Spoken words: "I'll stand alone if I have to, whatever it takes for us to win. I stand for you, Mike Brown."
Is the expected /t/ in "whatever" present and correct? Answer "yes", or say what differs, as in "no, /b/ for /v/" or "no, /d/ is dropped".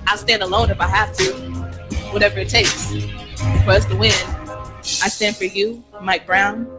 yes